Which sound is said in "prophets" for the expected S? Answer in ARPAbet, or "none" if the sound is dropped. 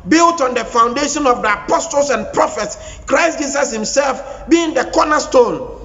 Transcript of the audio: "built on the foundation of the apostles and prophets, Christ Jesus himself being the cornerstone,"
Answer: S